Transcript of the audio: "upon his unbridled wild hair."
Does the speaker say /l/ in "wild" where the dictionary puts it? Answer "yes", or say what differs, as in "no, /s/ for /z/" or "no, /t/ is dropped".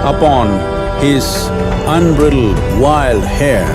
yes